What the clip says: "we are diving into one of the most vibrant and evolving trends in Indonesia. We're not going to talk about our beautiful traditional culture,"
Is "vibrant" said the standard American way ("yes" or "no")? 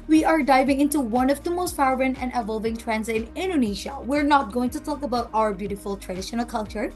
no